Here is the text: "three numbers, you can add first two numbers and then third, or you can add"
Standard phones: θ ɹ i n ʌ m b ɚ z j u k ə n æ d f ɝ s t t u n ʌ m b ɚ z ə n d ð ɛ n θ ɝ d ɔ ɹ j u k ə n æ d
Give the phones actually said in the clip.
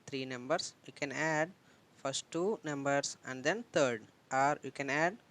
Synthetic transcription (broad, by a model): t ɹ i n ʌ m b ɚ s j u k ə n æ d f ɝ s t t u n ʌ m b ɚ s ə n d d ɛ n t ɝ d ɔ ɹ j u k ə n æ d